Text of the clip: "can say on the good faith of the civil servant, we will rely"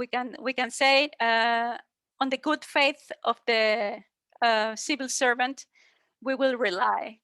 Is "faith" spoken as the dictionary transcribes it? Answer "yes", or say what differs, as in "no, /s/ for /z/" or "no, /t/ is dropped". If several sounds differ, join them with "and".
yes